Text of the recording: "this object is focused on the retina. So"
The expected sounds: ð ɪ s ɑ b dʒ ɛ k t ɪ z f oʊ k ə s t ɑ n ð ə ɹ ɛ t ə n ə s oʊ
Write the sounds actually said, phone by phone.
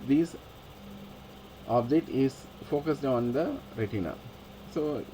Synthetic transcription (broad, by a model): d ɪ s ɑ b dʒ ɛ t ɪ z f oʊ k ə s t ɑ n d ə ɹ ɛ t ə n ə s oʊ